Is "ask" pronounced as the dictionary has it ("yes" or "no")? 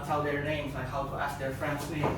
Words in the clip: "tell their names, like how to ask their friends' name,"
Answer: yes